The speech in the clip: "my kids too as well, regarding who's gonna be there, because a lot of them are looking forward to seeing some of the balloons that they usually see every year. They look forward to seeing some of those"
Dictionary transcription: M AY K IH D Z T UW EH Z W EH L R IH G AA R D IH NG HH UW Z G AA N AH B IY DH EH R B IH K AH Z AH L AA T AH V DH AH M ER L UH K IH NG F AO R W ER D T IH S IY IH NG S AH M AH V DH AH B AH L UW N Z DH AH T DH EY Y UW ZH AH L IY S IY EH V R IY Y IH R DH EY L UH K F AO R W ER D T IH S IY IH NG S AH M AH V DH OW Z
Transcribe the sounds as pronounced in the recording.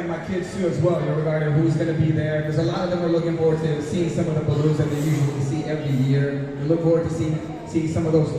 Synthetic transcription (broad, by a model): M AY K IH D Z T UW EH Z W EH L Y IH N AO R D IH HH UW Z G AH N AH B IY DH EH R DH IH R Z AH L AA T AH V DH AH M ER L UH K IH NG F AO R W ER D T IH S IY IH NG S AH M AH V DH AH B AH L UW Z DH AH T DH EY Y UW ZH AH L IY S IY EH V R IY Y IH R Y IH L UH K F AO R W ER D T IH S IY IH S AH M AH V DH OW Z